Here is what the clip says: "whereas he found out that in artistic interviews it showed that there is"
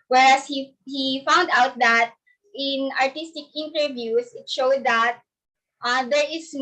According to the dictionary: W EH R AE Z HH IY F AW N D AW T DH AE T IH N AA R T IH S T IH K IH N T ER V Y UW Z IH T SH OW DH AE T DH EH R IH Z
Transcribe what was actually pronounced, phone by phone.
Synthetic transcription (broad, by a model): W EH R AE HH HH IY F AW N D AW T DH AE T IH N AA R T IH S T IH K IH N T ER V Y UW S IH T SH OW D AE T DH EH R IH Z